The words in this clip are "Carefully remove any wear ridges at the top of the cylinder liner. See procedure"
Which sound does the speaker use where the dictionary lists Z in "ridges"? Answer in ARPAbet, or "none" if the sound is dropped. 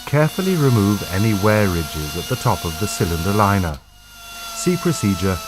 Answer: Z